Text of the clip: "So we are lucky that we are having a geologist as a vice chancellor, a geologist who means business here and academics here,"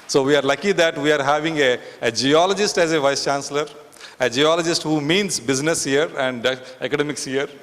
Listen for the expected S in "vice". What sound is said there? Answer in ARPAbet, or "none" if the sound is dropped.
S